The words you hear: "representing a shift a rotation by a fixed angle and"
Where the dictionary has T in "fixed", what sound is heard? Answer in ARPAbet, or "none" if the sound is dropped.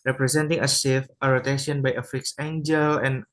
none